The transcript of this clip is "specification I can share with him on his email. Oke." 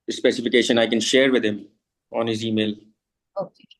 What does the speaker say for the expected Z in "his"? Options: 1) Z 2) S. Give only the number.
1